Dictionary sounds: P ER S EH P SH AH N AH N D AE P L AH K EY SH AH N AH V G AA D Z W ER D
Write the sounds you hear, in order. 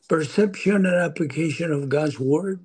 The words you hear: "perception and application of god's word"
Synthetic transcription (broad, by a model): P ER S EH P SH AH N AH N AE P L AH K EY SH AH N AH V G AA D Z W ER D